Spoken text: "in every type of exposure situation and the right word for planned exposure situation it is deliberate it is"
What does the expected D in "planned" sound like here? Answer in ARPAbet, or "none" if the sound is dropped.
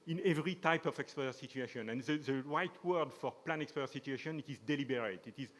none